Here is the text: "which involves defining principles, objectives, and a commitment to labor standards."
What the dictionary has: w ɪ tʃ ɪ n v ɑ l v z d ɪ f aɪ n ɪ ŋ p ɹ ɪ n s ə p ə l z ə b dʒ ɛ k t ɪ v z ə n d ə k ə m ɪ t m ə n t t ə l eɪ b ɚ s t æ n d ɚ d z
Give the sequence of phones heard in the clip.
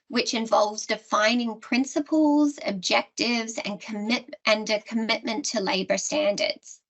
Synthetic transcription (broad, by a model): w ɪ tʃ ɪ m v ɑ l v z d ɪ f aɪ n ɪ ŋ p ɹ ɪ n s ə p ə l z ə b dʒ ɛ k t ɪ v z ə n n ə k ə m ɪ t m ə n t t ə l eɪ b ɚ s t æ n d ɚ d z